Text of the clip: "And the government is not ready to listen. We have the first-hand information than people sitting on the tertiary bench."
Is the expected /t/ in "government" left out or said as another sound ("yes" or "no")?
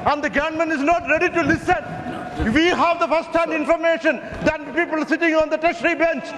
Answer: yes